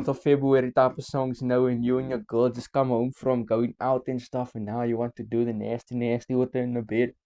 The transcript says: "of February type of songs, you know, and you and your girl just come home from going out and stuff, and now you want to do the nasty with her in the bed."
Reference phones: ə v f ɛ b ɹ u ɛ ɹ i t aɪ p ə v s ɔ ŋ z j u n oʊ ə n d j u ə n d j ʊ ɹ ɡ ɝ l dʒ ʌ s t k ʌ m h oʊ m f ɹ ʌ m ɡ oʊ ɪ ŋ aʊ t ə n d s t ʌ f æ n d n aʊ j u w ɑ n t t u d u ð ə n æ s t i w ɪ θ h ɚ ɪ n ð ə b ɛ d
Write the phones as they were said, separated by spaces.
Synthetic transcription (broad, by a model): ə f ɛ b ɹ u ɛ ɹ i t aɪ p ə v s ɔ ŋ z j n oʊ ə n j u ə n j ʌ ɡ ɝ l dʒ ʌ s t k ʌ m h oʊ m f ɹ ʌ m ɡ oʊ ɪ ŋ aʊ t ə n s t ʌ f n n aʊ j u w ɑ n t t u d u ð ə n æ s t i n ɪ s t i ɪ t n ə b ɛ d